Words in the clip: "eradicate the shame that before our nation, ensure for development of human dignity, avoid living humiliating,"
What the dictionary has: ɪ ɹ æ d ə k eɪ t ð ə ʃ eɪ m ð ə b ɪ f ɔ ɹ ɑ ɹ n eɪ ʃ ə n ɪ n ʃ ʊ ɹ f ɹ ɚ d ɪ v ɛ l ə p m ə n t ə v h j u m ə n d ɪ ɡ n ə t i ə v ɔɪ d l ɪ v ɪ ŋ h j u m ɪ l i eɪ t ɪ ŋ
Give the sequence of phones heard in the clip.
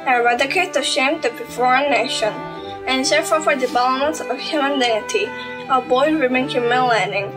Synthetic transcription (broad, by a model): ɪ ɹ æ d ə k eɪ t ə ʃ eɪ m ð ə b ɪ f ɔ ɹ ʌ n eɪ ʃ ə n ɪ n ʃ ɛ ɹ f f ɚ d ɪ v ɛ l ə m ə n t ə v h j u m ə n d ɪ ɡ n ə t i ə b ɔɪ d w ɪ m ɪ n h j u m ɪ l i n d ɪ ŋ